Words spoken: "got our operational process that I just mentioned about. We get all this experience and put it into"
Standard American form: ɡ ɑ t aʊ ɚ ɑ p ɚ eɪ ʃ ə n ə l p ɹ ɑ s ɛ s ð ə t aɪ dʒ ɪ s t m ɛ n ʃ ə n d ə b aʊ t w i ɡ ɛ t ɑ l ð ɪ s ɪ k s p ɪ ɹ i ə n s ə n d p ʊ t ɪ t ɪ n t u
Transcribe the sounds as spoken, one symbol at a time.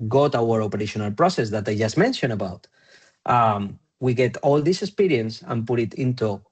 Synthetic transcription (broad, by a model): ɡ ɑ t aʊ ɚ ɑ p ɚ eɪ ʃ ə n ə l p ɹ ɑ s ɛ s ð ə t aɪ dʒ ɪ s m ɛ n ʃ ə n ə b aʊ t w i ɡ ɛ t ɑ l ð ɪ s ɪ k s p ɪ ɹ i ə n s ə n p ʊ t ɪ t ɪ n t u